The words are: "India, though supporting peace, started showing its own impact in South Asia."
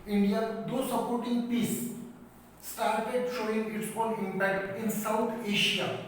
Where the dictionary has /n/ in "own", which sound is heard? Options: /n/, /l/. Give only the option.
/l/